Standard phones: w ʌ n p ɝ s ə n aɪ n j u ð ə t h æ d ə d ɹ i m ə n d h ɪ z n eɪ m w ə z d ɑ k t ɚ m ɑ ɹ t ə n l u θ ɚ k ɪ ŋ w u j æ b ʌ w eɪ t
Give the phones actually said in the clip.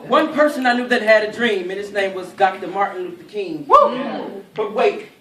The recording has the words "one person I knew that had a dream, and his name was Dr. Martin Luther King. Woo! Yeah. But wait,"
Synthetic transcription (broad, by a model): w ʌ n p ɝ s ə n aɪ n j u ð ə t h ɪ d ə d ɹ i m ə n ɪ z n eɪ m w ə z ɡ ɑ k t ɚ m ɑ ɹ t n w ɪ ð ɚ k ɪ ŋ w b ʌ w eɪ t